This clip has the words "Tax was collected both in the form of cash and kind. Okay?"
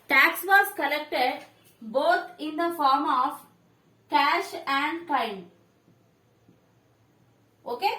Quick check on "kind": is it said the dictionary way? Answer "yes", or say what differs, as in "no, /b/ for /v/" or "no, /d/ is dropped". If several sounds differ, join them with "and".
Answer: no, /d/ is dropped